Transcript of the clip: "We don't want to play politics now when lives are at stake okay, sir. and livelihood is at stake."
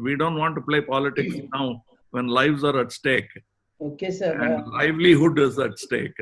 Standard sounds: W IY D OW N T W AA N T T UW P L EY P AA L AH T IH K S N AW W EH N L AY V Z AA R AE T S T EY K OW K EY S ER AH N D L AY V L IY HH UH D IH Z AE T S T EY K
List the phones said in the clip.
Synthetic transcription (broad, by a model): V IY D OW N T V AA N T T UW P L EY P AA L AH T IH K S N AW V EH N L AY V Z AA R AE T S T EY K OW K EY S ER AH N D L AY V L IY HH UH D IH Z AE T S T EY K